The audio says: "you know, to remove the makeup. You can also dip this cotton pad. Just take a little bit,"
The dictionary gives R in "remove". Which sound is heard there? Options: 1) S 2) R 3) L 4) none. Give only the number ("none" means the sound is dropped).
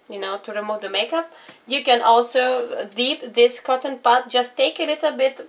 2